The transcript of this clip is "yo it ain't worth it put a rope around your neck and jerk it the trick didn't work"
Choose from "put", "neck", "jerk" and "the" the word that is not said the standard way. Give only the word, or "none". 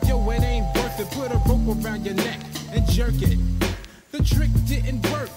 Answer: none